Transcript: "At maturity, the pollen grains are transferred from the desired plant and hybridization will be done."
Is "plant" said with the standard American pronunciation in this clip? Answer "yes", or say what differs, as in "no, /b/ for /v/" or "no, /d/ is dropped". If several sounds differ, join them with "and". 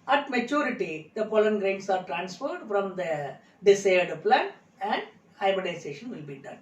no, /t/ is dropped